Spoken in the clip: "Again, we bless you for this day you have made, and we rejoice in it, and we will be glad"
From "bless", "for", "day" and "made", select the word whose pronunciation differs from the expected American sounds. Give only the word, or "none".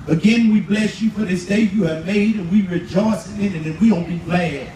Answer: none